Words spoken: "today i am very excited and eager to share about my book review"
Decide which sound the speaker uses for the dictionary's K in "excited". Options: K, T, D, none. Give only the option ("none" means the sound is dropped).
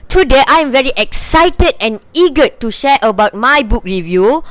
K